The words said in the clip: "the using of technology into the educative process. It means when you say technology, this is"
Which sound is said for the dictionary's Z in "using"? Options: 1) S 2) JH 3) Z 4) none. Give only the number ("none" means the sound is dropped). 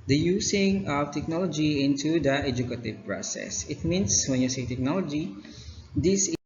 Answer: 1